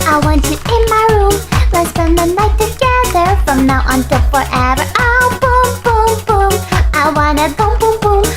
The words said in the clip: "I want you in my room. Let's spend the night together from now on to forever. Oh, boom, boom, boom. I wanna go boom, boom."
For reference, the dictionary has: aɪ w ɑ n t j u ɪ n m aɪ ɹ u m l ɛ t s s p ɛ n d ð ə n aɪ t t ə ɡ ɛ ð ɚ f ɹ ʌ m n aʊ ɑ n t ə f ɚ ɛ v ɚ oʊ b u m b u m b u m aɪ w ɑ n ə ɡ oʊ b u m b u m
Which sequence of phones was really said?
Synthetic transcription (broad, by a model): aɪ w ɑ n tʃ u ɪ n m aɪ ɹ u m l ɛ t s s ɛ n ð ə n aɪ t t ə ɡ ɛ ð ɚ f ɹ ʌ m n aʊ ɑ n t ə f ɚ ɛ v ɚ oʊ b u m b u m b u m aɪ w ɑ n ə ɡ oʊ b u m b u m